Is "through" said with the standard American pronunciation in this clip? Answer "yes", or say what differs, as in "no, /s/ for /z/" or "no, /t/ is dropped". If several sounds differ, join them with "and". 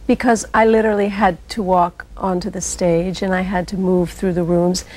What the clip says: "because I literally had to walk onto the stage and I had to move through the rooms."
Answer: yes